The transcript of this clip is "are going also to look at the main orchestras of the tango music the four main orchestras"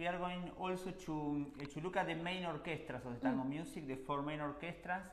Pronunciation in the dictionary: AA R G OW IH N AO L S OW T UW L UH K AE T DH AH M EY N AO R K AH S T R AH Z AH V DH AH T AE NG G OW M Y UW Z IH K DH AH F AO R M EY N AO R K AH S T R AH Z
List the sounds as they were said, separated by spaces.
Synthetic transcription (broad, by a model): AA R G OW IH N AO L S OW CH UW L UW K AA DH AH M EY N AO R K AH S T R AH S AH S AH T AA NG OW M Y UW S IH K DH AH F AO R M EY N AO R K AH S T R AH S